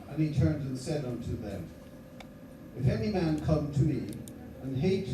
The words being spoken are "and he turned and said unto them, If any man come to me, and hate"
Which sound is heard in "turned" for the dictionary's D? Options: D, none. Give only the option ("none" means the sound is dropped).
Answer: D